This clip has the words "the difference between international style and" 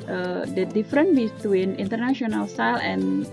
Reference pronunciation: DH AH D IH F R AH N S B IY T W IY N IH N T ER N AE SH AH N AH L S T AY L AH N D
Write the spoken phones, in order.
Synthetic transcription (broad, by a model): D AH D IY F R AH N B IY T W IY N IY N T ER N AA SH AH N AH L S T AY L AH N